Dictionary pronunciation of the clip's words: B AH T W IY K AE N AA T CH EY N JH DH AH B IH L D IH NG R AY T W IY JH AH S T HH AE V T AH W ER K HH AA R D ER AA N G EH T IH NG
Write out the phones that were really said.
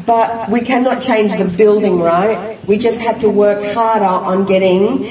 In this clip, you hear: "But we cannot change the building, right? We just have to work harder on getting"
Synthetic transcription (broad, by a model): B AH T W IY K AE N AA T CH EY N JH DH AH B IH L D IH NG R AY T W IY JH AH S T HH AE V T AH W ER K HH AA R D ER N G EH T IH NG